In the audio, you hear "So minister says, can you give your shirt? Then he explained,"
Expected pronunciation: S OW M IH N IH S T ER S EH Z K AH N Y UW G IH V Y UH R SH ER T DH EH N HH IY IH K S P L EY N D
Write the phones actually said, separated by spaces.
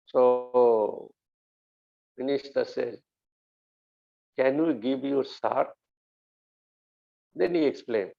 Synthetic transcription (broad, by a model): S OW M IH N IH S T ER S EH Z K AH N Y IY G IH V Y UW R S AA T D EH N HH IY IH K S P L EY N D